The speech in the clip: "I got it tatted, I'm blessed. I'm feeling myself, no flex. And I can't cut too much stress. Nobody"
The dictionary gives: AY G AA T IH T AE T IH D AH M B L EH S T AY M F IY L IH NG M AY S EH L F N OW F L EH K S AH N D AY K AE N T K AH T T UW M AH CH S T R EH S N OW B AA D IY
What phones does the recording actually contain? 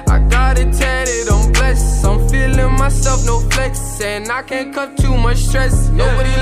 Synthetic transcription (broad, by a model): AY G AA T IH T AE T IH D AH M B L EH S AY M F IY L IH NG M AY S EH L F N OW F L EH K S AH N AY K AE N K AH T T UW M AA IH S T R EH S N OW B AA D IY